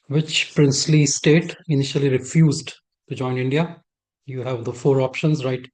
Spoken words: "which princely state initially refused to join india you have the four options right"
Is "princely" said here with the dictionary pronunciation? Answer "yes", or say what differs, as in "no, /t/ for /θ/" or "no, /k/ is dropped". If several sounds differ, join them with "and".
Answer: yes